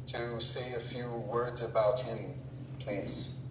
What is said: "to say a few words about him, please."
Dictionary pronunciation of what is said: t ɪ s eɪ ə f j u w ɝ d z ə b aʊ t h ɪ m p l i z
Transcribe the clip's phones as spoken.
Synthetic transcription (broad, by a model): t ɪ s eɪ ə f j u w ɝ d z ə b aʊ t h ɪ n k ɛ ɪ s